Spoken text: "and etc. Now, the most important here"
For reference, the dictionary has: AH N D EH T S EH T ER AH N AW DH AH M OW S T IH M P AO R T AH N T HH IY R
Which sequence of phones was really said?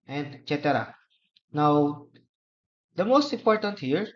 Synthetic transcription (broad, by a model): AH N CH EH T EH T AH N AW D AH M OW S T IH M P AO R T AH N T HH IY R